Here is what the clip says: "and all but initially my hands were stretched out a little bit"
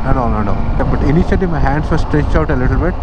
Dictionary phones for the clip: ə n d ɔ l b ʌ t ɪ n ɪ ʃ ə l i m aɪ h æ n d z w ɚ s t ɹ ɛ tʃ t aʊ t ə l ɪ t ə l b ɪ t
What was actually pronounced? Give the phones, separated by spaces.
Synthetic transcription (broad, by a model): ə n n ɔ n b ʌ t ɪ n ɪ ʃ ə l i m aɪ h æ n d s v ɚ s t ɹ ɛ tʃ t aʊ t ə l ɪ t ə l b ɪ t